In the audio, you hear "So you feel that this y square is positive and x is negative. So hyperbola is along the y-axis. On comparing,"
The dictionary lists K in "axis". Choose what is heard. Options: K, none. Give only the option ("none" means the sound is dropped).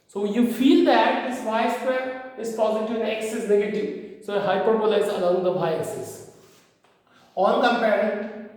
none